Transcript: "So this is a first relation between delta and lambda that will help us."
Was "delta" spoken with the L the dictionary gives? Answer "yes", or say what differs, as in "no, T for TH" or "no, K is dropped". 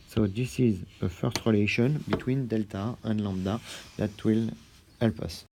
yes